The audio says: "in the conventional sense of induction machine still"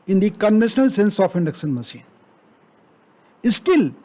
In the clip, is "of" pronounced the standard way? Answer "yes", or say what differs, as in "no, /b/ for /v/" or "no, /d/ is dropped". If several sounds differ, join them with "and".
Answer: no, /p/ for /v/